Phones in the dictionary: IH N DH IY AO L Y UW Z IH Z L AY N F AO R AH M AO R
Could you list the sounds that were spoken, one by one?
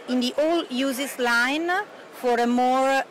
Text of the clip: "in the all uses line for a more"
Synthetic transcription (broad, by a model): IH N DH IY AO L Y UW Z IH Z L AY N F AO R AH M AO R